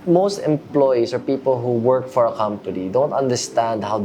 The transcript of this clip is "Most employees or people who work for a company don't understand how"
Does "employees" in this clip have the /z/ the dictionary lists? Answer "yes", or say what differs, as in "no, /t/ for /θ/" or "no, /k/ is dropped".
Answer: no, /s/ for /z/